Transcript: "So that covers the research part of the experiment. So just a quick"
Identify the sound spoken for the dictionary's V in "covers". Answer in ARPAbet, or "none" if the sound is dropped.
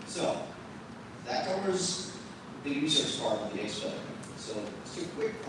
B